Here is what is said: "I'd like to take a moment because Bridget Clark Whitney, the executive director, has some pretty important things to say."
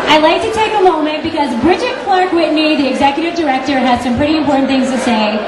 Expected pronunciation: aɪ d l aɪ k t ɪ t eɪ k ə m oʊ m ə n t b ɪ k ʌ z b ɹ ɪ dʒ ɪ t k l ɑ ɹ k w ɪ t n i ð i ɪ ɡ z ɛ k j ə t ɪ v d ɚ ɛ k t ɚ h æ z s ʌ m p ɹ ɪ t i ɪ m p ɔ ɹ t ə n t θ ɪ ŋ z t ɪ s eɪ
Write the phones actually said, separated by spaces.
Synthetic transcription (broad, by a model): aɪ d l aɪ k t ɪ t eɪ k ə m oʊ m ə n t b ɪ k ʌ z b ɹ ɪ dʒ ɪ t k l ɑ ɹ k w ɪ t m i ð i ɪ ɡ z ɛ k j ə t ɪ v d ɚ ɛ k t ɚ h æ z s ʌ m p ɹ ɪ t i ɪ m p ɔ ɹ t n θ ɪ ŋ z t ɪ s eɪ